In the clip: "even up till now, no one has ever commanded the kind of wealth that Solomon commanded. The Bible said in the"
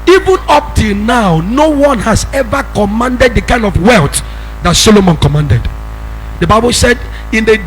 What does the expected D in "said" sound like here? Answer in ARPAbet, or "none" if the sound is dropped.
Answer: D